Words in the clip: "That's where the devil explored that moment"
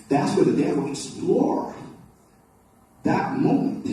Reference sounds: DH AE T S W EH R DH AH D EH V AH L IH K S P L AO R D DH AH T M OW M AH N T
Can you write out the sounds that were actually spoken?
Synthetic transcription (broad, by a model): DH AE T S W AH R DH AH D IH W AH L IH K S P L AO R DH AH T M OW M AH N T